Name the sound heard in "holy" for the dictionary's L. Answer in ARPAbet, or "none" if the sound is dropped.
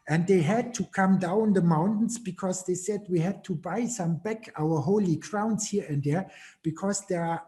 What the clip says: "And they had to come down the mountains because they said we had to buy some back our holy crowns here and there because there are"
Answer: L